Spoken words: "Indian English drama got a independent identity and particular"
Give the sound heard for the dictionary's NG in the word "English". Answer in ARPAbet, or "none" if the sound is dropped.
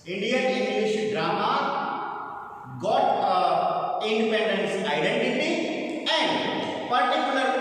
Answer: none